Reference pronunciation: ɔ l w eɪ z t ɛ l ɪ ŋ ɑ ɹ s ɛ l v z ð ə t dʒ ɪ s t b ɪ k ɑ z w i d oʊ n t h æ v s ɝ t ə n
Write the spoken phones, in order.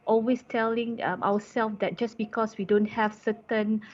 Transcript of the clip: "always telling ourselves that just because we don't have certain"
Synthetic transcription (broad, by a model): ɔ l w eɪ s t ɛ l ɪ ŋ ɑ w s ɛ l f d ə t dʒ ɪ s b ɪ k ɑ s w i d oʊ n t h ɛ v s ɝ t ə n